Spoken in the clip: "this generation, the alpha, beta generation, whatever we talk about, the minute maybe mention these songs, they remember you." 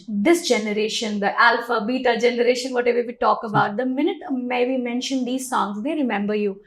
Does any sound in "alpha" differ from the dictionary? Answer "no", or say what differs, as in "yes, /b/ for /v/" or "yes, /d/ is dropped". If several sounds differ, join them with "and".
no